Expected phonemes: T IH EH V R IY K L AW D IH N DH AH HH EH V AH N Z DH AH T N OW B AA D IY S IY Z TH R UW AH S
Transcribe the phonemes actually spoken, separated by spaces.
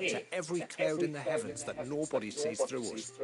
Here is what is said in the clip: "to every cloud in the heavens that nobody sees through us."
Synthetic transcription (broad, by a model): T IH EH V R IY K L AW D IH N DH AH HH EH V AH N Z DH AH T N OW B AA D IY S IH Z TH R UW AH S